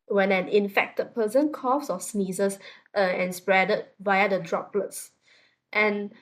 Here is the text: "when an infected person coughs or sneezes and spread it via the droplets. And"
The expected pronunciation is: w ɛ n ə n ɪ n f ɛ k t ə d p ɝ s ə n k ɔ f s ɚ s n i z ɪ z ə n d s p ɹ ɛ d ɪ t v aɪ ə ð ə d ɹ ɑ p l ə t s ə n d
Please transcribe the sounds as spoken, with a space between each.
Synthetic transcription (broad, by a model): w ɛ n ə n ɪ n f ɛ k t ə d p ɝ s ə n k ɔ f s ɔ s n i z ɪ s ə n s p ɹ ɛ d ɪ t v aɪ ə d ə d ɹ ɑ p l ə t s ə n